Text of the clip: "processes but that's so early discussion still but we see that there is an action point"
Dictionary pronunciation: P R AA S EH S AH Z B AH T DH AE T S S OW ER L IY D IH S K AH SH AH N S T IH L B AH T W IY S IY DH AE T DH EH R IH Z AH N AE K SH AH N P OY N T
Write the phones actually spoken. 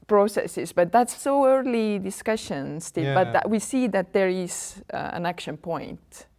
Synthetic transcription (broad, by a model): P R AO S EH S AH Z B AH T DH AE T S S OW ER L IY D IH S K AH SH AH N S T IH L B AH T W IY S IY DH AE T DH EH R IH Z AH N AE K SH AH N P OY N T